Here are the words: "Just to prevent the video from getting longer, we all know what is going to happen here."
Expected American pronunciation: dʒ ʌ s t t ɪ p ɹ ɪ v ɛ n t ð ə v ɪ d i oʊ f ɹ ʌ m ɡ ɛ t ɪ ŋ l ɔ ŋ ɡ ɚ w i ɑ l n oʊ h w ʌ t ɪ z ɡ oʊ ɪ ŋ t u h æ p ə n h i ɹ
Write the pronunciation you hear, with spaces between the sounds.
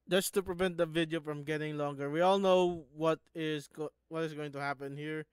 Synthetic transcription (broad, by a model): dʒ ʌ s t t ɪ p ɹ ɪ v ɛ n t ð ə v ɪ d i oʊ f ɹ ʌ m ɡ ɛ t ɪ ŋ l ɔ ŋ ɡ ɚ w i ɑ l n oʊ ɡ w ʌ t ɪ z ɡ oʊ ɪ ŋ t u h æ p ə n h i ɹ